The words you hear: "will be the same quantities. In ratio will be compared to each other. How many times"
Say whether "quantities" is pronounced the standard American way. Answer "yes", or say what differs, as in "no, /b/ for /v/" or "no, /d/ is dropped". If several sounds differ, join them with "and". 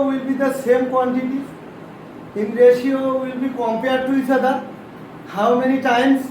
no, /z/ is dropped